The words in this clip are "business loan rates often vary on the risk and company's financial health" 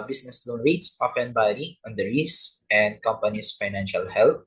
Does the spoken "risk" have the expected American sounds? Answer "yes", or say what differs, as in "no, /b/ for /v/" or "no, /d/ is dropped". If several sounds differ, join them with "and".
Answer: no, /k/ is dropped